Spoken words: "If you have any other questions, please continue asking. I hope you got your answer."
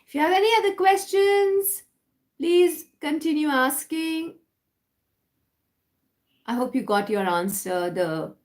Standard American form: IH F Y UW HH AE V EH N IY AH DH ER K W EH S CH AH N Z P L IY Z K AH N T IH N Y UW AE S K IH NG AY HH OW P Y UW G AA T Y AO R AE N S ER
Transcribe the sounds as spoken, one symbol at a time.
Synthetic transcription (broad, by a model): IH F Y UW HH AE V EH N IY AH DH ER K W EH S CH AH N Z P L IY Z K AH N T IH N Y UW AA S K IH NG AY HH OW P Y UW G AA T Y AO R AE N S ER